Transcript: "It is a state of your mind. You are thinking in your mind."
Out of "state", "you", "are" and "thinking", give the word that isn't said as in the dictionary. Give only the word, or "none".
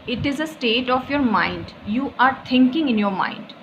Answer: thinking